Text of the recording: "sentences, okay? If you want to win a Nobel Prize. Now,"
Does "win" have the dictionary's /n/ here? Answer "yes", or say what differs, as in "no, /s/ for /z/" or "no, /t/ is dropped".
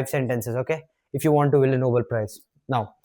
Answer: no, /l/ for /n/